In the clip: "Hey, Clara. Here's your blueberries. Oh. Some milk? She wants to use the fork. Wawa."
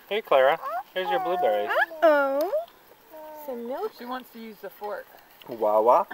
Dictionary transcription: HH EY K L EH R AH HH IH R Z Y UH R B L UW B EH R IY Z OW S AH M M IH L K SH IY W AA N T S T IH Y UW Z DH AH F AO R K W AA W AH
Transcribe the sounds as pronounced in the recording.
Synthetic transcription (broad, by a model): HH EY K L EH R AH HH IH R Z Y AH R B L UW B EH R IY OW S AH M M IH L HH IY W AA N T S T IH Y UW Z DH AH F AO R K W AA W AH